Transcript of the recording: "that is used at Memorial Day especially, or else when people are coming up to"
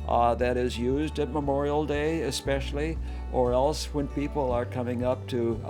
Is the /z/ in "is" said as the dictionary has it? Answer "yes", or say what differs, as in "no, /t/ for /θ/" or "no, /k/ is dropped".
yes